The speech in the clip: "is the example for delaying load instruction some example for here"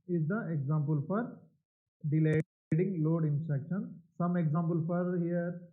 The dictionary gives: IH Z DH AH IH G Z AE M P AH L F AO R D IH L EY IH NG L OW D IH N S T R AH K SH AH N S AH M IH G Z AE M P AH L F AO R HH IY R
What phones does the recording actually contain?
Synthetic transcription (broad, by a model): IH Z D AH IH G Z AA M P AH L F AO R D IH L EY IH NG L OW D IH N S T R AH K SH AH N S AH M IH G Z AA M P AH L F AO R HH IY R